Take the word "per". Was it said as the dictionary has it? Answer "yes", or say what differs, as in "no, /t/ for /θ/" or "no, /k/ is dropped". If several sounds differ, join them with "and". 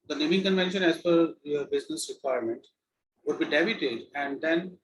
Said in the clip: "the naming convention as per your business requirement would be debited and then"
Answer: no, /f/ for /p/